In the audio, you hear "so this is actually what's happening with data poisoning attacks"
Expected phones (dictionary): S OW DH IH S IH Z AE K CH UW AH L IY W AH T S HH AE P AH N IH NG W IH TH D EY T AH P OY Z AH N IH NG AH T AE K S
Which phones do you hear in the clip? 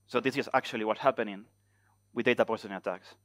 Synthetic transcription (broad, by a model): S OW DH IH S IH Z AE K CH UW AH L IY W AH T HH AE P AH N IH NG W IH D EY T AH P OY S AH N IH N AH T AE K S